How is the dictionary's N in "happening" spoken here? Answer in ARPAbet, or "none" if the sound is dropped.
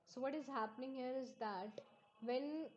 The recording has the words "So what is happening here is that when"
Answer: N